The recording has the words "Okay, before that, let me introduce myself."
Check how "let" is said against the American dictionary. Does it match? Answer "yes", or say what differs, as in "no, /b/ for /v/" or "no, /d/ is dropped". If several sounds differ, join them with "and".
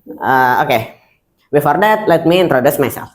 yes